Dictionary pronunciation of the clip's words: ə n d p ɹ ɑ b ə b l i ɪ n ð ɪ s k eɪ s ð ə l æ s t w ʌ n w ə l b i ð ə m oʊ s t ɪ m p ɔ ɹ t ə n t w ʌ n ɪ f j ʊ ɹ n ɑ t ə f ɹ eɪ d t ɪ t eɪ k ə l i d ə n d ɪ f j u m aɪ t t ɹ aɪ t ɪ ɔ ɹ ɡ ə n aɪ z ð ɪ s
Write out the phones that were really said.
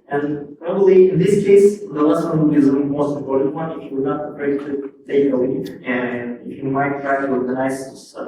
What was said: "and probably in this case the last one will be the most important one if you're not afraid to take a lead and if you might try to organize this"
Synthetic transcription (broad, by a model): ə n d p ɹ ɑ b ə b l i ɪ n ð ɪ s k eɪ s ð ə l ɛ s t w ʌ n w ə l b i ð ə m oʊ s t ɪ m p ɔ ɹ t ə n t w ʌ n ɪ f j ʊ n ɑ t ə p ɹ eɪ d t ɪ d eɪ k ə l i ə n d ɪ f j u m aɪ t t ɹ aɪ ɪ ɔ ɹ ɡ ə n aɪ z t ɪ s